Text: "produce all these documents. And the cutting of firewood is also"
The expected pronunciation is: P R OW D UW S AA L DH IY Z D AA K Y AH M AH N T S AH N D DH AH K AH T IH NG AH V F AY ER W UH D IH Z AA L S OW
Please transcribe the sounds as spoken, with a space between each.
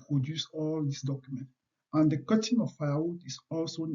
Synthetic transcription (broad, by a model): P R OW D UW S AA L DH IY S D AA K Y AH M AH N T AH N D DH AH K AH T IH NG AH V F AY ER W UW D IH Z AA L S OW